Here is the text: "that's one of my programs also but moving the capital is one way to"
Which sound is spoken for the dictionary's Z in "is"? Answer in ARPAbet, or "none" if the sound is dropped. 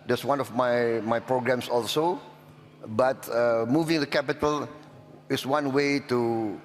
S